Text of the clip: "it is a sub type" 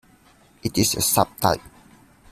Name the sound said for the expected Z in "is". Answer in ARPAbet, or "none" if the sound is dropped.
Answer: S